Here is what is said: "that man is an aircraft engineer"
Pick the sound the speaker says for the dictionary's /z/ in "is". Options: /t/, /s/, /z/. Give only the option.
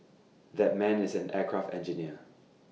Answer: /z/